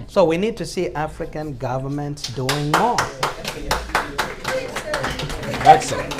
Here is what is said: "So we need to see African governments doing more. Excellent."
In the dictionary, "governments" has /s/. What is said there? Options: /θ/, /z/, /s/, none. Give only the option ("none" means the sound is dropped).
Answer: /s/